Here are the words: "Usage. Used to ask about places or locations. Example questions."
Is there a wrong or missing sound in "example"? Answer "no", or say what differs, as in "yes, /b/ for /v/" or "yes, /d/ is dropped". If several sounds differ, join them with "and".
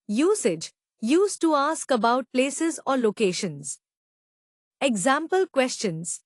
no